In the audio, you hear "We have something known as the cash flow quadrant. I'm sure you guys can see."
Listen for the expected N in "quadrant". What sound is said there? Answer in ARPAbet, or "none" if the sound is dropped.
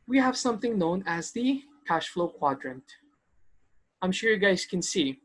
N